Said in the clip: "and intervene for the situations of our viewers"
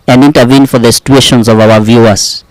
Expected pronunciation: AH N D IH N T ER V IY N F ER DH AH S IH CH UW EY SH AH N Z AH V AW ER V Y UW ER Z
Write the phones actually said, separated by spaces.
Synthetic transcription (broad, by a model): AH N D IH N T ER V IY N F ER DH AH S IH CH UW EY SH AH N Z AH V AW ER V Y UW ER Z